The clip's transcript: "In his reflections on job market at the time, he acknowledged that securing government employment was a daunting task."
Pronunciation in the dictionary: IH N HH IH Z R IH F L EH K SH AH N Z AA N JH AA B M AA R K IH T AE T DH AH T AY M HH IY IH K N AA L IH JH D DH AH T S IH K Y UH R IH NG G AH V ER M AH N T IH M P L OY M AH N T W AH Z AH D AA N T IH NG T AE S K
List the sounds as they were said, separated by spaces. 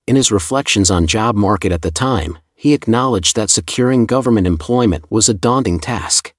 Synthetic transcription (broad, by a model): IH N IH Z R IH F L EH K SH AH N Z N JH AA B M AA R K IH T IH T DH AH T AY M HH IY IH K N AA L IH JH DH AH T S IH K Y UH R IH NG G AH V ER M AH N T IH M P L OY M AH N T W AH Z AH D AA N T IH NG T AE S K